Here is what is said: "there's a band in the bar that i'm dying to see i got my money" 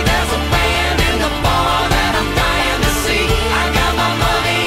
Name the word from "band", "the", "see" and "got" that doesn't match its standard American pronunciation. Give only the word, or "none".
band